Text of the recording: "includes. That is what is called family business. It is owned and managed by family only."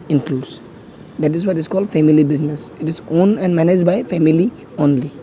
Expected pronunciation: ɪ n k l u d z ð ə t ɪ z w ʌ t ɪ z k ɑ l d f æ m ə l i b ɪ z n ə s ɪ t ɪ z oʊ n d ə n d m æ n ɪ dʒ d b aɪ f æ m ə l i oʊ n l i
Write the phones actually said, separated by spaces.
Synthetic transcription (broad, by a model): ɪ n k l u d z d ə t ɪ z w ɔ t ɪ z k ɑ l d f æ m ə l i b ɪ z n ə s ɪ t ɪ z oʊ n ə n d m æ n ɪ dʒ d b aɪ f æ m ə l i oʊ n l i